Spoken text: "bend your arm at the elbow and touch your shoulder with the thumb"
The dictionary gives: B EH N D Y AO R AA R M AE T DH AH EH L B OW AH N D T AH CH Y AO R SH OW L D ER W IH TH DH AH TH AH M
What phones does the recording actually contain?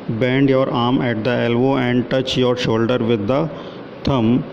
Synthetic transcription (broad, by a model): B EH N D Y AO R AA R M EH T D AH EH L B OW AH N D T AH CH Y AO R SH OW L D ER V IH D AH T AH M